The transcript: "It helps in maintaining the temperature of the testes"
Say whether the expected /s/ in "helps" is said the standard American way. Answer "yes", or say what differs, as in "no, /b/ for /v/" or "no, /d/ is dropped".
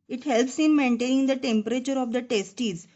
yes